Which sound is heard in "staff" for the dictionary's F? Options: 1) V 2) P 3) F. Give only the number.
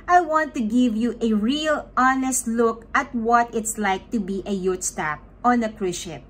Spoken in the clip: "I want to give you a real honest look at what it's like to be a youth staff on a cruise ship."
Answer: 2